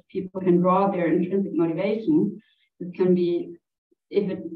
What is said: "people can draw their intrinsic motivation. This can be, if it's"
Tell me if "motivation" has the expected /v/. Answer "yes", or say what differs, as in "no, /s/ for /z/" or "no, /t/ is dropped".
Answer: yes